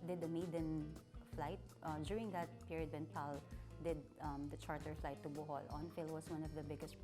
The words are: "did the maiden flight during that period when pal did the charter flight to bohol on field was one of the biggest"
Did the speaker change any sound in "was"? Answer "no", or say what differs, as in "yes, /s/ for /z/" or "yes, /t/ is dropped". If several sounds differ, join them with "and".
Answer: yes, /s/ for /z/